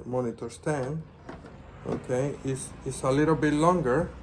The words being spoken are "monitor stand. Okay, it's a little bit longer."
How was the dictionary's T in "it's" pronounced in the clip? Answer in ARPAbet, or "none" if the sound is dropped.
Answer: S